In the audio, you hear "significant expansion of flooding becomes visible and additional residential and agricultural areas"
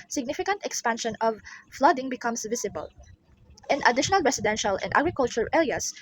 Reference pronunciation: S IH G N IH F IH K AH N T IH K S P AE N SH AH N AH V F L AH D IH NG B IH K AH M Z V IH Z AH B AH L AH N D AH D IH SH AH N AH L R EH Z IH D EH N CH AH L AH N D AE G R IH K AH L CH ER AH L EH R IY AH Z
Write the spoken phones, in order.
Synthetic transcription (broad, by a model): S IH G N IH F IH K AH N T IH K S P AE N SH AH N AH V F L AH D IH NG B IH K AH M S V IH S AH B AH L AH N AH D IH SH AH N AH L R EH S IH D EH N SH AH L AH N D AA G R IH K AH L CH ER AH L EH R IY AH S